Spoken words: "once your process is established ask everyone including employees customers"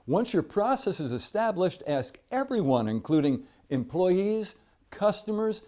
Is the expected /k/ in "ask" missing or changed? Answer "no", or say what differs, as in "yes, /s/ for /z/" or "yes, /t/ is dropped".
no